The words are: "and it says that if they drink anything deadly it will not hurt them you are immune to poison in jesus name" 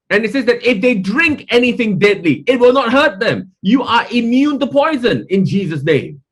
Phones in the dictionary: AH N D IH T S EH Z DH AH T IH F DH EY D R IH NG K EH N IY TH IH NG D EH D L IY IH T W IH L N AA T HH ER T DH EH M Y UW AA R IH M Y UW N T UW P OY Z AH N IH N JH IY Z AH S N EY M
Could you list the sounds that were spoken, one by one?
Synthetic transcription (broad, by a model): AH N IH T S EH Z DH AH T IH F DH EY D R IH NG K EH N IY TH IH NG D EH D L IY IH T W IH L N AA T HH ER T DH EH M Y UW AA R IH M Y UW N T UW P OY Z AH N IH N JH IY Z AH S N EY M